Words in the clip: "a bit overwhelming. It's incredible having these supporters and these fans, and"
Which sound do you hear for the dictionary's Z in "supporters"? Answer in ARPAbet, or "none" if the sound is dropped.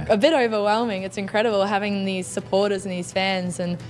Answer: Z